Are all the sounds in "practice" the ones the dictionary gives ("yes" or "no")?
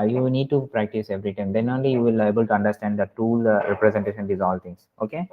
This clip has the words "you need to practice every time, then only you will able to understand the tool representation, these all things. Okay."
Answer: yes